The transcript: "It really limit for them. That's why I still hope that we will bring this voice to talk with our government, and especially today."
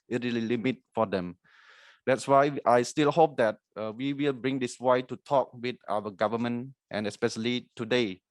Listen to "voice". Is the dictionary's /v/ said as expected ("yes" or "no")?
no